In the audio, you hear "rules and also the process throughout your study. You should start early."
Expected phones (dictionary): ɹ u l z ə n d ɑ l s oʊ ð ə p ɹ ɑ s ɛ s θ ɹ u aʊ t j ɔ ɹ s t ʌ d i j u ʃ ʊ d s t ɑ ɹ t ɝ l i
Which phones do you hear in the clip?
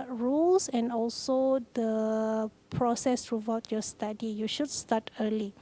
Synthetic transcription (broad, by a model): ɹ u l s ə n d ɑ l s oʊ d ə p ɹ ɑ s ɛ s t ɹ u aʊ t j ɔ s t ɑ d i j u ʃ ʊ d s t ɑ t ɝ l i